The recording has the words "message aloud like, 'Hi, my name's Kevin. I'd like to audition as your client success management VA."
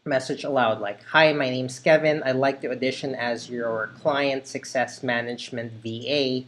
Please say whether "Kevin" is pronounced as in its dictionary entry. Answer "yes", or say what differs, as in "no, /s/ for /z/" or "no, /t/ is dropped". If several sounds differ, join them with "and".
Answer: yes